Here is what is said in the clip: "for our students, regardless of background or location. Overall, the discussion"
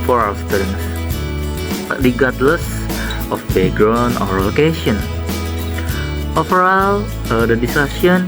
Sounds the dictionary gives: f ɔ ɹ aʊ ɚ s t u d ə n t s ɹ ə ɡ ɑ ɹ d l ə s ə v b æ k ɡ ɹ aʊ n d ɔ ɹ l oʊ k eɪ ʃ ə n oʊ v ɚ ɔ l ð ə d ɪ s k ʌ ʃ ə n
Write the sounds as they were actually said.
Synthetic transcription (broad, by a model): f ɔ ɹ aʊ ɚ s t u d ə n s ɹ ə ɡ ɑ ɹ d l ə s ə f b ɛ ɡ ɹ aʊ n ɔ ɹ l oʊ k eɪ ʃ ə n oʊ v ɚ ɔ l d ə d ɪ s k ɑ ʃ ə n